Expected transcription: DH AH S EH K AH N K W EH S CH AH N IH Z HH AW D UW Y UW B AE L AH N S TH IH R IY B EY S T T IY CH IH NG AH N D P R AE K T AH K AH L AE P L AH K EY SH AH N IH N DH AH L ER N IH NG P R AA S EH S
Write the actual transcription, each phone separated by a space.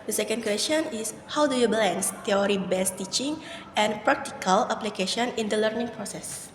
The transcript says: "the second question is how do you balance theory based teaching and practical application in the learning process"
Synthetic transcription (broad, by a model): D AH S EH K AH N K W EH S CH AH N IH S HH AW D UW Y UW B L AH N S T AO R IY B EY S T T IY CH IH NG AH N P R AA K T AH K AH L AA P L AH K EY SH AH N IH N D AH L ER N IH NG P R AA S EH S